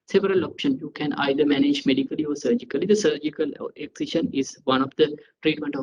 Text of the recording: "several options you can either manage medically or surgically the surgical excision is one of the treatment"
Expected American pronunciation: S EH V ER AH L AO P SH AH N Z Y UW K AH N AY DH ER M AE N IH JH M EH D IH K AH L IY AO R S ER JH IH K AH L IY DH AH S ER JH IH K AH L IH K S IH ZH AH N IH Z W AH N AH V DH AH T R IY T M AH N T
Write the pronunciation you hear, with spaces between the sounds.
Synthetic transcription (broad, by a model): S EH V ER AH L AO P SH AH N Y UW K AH N AY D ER M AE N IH JH M EH D IH K AH L IY AO R S ER JH IH K AH L IY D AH S ER JH IH K AH L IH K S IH SH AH N IH Z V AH N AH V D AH T R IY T M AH N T